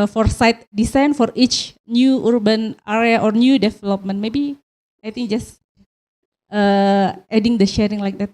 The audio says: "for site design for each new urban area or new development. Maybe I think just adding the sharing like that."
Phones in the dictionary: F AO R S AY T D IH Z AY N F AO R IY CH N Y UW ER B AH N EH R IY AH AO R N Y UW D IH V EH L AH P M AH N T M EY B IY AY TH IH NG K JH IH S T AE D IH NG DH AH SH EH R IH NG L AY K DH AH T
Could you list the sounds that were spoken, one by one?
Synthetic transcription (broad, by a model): F AO R S AY T D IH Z AY N F AO R IY CH N Y UW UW B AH N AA R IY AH AO R N Y UW D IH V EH L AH P M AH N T M EY B IY AY T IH NG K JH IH S T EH D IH NG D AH SH EH R IH NG L AY K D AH T